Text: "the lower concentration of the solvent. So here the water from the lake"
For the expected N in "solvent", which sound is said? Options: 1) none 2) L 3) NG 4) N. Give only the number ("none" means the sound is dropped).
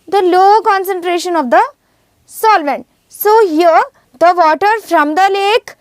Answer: 4